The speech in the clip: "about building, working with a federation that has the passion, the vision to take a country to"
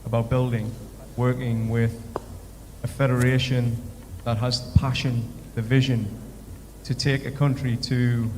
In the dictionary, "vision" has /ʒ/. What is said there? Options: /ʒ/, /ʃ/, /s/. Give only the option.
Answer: /ʒ/